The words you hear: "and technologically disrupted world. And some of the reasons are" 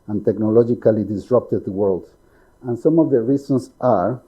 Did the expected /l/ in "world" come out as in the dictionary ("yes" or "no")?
yes